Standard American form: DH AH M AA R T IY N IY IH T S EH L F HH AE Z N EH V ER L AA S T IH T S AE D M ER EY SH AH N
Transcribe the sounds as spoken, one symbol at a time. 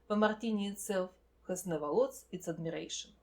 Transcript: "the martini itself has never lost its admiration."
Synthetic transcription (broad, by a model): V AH M AA R T IY N IY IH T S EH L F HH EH S N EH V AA L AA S IH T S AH D M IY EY SH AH N